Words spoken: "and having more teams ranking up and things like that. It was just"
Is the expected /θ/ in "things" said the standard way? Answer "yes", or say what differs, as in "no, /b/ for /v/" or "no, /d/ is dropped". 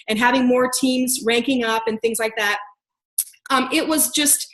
yes